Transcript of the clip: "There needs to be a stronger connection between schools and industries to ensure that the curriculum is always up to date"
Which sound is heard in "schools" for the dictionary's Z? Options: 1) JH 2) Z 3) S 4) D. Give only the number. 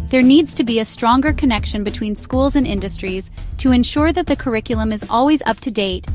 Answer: 2